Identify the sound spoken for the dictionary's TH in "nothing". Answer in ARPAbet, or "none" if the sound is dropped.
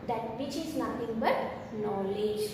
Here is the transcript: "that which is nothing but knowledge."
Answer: T